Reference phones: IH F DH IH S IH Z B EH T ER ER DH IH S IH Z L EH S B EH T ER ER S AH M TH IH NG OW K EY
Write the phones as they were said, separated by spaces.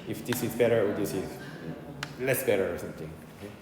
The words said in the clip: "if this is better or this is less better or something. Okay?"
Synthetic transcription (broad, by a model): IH F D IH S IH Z B EH T ER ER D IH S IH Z L EH S B EH T ER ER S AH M T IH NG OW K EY